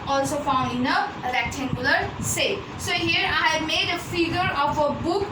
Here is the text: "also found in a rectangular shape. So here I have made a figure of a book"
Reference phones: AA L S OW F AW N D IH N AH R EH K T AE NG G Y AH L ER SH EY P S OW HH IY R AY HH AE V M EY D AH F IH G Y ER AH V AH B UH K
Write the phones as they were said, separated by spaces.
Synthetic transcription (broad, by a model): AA L S OW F AW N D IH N AH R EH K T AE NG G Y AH L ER S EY S OW HH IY R AY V M EY D AH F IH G Y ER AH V AH B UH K